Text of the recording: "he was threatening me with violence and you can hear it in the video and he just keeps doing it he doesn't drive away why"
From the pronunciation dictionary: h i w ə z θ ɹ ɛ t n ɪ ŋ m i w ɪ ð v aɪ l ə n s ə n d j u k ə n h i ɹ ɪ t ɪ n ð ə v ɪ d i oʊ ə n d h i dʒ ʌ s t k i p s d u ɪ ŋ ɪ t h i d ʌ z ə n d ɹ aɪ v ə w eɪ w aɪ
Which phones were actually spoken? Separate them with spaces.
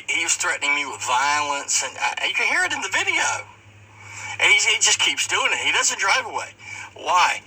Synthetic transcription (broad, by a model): h i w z θ ɹ ɛ t n ɪ ŋ m i w ɪ ð v aɪ l ə n s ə n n j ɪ k ə n h i ɹ ɪ t ɪ n ð ə v ɪ d i oʊ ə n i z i dʒ ʌ s k i p s d u ɪ ŋ ɪ t h i d ʌ z ə n d ɹ aɪ v ə w eɪ w aɪ